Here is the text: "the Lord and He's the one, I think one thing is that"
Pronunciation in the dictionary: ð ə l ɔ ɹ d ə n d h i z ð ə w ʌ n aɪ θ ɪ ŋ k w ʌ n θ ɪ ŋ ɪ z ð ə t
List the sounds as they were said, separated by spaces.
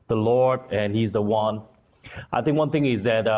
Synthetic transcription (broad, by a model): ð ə l ɔ ɹ d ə n h i z ð ə w ʌ n aɪ θ ɪ ŋ k w ʌ n θ ɪ ŋ ɪ z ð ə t